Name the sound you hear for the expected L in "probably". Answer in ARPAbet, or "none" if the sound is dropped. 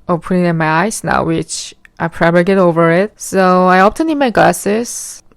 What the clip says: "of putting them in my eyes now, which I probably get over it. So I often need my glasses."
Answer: none